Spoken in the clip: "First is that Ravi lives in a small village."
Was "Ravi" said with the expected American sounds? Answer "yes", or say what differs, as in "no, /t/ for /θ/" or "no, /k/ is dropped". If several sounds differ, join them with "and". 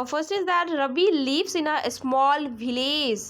no, /b/ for /v/